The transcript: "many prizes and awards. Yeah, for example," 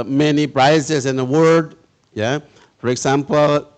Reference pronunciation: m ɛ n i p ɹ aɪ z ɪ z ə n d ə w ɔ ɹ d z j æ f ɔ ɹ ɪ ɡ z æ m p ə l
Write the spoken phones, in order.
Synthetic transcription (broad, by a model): m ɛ n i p ɹ aɪ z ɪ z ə n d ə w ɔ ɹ d j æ f ɔ ɹ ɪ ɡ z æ m p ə l